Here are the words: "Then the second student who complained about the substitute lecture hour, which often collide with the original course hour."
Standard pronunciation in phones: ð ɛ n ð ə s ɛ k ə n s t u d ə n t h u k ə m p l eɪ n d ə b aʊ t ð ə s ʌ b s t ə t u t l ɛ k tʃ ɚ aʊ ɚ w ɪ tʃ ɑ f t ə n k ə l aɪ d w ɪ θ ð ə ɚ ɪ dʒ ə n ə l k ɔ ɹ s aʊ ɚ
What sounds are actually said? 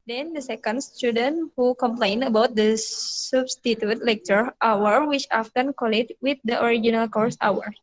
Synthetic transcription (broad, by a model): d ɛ n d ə s ɛ k ə n s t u d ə n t h u k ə m p l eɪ n ə b aʊ t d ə s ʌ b s t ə t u t l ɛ k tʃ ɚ aʊ ɚ w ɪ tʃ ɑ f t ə n k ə l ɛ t w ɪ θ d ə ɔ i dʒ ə n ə l k ɔ ɹ s aʊ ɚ